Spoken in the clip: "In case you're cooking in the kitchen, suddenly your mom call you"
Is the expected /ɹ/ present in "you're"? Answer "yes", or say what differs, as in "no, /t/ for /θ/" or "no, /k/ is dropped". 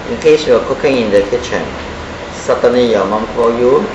no, /w/ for /ɹ/